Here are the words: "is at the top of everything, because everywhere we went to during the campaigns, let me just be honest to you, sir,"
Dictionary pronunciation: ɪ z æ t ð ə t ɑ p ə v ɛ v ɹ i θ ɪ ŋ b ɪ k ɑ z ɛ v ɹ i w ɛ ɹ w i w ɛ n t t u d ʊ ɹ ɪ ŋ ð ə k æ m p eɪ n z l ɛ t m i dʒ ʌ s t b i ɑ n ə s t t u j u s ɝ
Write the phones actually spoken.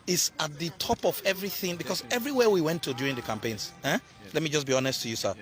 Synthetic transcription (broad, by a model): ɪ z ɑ t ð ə t ɑ p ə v ɛ v ɹ i θ ɪ ŋ b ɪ k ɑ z ɛ v ɹ i w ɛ w i w ɛ n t t u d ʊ ɹ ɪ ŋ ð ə k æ m p eɪ n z l ɛ t m i dʒ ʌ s b i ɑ n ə s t t u j u s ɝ